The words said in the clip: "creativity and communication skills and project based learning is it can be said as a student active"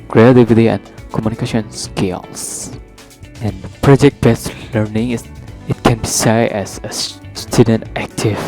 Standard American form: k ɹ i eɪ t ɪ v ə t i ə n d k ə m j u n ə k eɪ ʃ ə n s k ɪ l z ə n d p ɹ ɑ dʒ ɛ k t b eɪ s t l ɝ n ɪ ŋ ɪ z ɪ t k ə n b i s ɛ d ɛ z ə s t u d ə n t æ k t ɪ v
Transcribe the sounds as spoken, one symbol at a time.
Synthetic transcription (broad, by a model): k ɹ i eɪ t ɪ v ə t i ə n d k ə m j u n ə k eɪ ʃ ə n s k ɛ l s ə n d p ɹ ɑ dʒ ɛ k t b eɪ s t l ɝ n ɪ ŋ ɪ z ɪ t k ə n b i s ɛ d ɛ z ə s t u d ə n t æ k t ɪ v